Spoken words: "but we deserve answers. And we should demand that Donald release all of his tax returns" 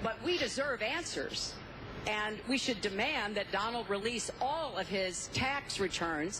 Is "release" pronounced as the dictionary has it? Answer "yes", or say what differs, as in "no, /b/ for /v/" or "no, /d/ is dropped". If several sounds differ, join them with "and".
yes